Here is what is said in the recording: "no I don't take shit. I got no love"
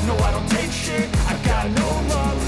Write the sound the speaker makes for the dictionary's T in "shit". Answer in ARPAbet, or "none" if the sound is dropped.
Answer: none